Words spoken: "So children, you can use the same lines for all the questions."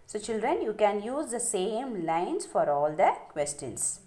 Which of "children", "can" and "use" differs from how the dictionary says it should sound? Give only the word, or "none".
none